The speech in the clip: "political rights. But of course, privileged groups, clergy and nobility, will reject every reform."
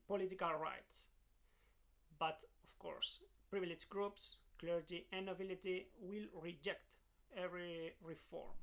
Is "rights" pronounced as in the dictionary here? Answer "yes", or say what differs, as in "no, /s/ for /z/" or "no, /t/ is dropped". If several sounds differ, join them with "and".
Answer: yes